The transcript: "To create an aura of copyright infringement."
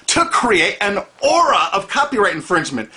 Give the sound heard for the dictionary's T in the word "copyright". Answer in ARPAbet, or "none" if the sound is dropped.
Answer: T